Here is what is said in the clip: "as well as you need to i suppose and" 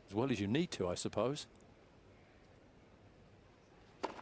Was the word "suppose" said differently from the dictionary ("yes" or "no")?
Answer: yes